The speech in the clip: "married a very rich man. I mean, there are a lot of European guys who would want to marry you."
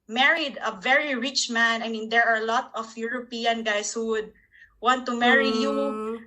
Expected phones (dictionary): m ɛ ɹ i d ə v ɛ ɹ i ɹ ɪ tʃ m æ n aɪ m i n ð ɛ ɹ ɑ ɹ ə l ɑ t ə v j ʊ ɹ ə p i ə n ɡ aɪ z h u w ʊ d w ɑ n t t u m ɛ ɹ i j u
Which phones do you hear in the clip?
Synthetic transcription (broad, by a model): m ɛ ɹ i d ə v ɛ ɹ i ɹ ɪ tʃ m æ n aɪ m i n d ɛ ɹ ɑ ɹ l ɑ t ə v j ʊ ɹ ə p i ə n ɡ aɪ s h u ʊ d w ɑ n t t u m ɛ ɹ i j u